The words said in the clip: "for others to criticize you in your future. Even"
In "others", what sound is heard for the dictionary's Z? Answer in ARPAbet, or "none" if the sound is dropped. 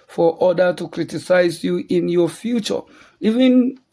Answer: none